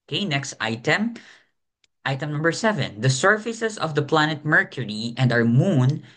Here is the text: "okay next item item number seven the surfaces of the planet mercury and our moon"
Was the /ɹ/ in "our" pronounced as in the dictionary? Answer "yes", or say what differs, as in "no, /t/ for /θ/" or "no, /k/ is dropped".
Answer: no, /w/ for /ɹ/